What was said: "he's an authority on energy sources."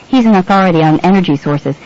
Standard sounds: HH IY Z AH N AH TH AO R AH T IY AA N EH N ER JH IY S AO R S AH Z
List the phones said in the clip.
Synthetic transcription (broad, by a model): HH IY Z AH N AH TH AO R AH T IY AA N EH N ER JH IY S AO R S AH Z